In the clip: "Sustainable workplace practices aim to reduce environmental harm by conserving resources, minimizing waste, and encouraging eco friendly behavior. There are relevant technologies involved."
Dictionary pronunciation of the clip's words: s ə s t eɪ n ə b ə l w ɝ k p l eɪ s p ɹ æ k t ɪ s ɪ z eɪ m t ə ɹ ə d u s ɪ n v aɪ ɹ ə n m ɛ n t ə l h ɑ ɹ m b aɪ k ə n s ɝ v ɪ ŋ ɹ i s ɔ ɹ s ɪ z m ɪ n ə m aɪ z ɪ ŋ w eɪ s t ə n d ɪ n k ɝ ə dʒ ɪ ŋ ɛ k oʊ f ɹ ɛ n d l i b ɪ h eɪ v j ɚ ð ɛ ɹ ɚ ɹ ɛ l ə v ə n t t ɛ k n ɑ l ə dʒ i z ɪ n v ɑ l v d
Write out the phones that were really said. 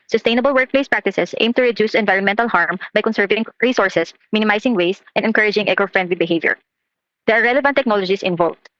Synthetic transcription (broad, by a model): s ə s t eɪ n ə b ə l w ɝ k p l eɪ s p ɹ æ k t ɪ s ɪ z eɪ m t ə ɹ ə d u s ɪ n v aɪ ɹ ə n m ɛ n t ə l h ɑ ɹ m b aɪ k ə n s ɝ v ɪ ŋ ɹ i s ɔ ɹ s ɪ s m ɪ n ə m aɪ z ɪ ŋ w eɪ s t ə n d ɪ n k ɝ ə dʒ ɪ ŋ ɛ k oʊ f ɹ ɛ n d l i b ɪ h eɪ v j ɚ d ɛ ɹ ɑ ɹ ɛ l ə v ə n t t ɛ k n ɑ l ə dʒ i s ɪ n v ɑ l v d